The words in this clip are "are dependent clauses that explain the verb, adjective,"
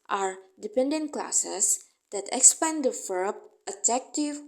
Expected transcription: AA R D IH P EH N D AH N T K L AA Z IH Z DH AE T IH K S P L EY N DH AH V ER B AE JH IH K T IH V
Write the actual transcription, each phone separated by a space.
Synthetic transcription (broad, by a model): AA R D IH P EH N D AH N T K L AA S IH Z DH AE T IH K S P EY N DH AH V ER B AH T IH K T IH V